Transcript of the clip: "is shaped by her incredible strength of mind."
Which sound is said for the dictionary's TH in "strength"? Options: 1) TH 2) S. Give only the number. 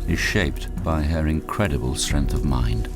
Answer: 1